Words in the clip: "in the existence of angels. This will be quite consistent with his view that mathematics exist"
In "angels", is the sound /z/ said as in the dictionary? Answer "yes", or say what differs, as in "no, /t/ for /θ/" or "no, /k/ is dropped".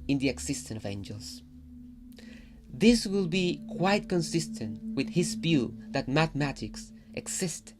no, /s/ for /z/